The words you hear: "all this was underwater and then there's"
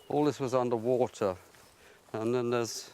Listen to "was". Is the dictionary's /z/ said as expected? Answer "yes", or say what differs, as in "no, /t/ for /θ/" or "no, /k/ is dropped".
yes